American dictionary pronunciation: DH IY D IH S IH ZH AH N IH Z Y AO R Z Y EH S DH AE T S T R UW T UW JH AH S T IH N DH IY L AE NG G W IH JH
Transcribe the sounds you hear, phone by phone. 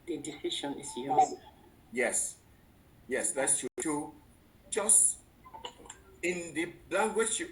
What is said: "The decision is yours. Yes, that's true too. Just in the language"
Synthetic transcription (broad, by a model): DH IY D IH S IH SH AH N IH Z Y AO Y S Y EH S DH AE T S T UW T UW JH AH S T IH N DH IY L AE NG G W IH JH